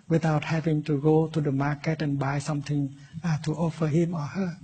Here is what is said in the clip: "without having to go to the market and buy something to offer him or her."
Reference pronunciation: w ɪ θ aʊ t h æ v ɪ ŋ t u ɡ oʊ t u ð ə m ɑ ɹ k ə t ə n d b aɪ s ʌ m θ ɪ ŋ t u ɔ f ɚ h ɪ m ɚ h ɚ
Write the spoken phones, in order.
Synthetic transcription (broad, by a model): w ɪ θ aʊ t h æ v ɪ ŋ t u ɡ oʊ t u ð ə m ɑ k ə t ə n b aɪ s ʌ m t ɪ ŋ t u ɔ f ɚ h ɪ m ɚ h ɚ